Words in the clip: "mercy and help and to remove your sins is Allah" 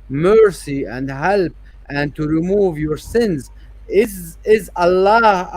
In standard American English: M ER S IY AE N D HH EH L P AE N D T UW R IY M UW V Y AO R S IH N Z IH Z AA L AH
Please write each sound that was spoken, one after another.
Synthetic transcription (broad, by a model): M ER S IY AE N D HH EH L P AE N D T UW R IY M UW V Y AO R S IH N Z IH Z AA L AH